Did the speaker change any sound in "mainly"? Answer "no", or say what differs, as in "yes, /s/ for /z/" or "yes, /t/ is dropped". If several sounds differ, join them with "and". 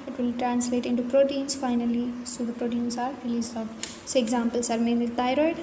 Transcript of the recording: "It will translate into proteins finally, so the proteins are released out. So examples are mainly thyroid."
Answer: yes, /l/ is dropped